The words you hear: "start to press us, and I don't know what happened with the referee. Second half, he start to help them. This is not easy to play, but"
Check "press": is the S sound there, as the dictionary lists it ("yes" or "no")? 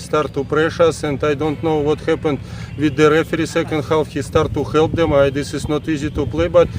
no